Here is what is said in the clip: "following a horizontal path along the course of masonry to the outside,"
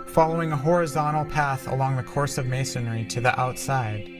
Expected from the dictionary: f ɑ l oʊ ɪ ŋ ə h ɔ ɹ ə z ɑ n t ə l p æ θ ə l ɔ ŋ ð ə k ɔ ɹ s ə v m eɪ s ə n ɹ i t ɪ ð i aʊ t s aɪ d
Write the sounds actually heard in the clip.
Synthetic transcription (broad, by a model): f ɑ l oʊ ɪ ŋ ə h ɔ ɹ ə z ɑ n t l p æ θ ə l ɔ ŋ ð ə k ɔ ɹ s ə v m eɪ s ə n ɹ i t ɪ ð i aʊ t s aɪ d